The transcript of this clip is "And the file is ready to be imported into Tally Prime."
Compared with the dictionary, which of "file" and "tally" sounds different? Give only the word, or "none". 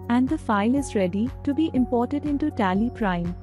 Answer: none